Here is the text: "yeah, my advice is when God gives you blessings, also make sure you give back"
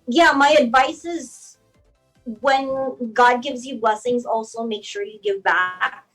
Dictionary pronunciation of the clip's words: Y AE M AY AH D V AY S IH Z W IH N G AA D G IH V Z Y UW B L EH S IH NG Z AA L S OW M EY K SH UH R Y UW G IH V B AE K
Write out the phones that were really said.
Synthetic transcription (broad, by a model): Y AE M AY AH D V AY S IH Z W IH N G AA D G IH V Z Y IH B L EH S IH NG Z AA L S OW M EY K SH UH R Y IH G IH V B AE K